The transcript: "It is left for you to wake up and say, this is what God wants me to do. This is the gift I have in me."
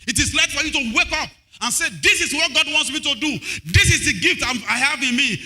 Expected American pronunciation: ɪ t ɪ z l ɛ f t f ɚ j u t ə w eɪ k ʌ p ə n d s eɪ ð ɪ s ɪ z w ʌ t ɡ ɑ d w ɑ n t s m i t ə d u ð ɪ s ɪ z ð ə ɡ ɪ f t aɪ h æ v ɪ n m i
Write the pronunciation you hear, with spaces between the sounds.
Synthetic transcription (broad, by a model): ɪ t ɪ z l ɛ t f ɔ j u t ə w eɪ k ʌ p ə n s eɪ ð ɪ s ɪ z w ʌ t ɡ ɑ d w ɑ n t s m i t ə d u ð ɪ s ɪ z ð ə ɡ ɪ f t aɪ h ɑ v ɪ n m i